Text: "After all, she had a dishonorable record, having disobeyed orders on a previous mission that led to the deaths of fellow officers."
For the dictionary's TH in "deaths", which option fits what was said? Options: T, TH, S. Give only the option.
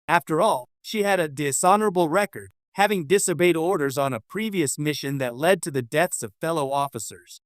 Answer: TH